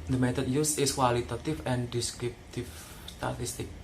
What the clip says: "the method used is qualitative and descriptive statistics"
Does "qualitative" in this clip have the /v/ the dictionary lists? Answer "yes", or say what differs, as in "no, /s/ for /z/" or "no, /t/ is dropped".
no, /f/ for /v/